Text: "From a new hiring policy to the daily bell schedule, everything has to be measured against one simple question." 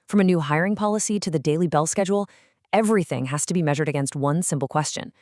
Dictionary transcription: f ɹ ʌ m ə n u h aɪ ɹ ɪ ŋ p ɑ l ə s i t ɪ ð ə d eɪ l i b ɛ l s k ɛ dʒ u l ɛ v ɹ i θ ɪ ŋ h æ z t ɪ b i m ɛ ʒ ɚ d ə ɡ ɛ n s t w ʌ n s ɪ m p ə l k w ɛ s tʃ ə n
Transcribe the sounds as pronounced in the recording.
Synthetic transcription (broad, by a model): f ɹ ʌ m ə n u h aɪ ɹ ɪ ŋ p ɑ l ə s i t ɪ ð ə d eɪ l i b ɛ l s k ɛ dʒ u l ɛ v ɹ i θ ɪ ŋ h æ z t ɪ b i m ɛ ʒ ɚ d ə ɡ ɛ n s t w ʌ n s ɪ m p l k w ɛ s tʃ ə n